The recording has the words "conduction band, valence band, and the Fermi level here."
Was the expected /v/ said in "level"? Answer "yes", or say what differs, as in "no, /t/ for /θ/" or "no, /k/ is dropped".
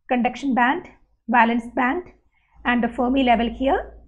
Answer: yes